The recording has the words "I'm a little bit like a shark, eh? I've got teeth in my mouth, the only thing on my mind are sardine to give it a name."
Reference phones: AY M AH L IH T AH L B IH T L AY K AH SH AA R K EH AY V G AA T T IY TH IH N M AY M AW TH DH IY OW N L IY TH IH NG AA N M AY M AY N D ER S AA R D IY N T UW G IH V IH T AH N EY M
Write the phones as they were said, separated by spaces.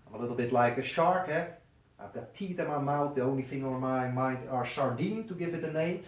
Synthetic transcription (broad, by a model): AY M AH L IH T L B IH T L AY K AH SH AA R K EH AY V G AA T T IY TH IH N M AY M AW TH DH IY OW N L IY F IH NG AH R M AY M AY N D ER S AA R D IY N T UW G IH V IH T AH N EY M